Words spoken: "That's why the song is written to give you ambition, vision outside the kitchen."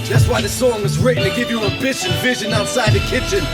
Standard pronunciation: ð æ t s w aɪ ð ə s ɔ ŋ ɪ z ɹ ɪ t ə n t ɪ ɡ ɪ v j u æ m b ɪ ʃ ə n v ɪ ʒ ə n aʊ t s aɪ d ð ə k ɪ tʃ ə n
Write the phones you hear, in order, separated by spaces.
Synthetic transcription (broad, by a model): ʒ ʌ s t w aɪ ð ə s ɔ ŋ ɪ z ɹ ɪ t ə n t ɪ ɡ ɪ v j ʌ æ b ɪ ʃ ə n v ɪ ʒ ə n aʊ t s aɪ d ð ə k ɪ tʃ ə n